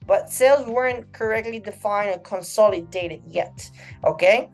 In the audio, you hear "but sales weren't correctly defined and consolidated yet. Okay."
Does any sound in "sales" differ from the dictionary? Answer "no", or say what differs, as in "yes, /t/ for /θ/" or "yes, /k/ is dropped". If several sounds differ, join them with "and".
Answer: no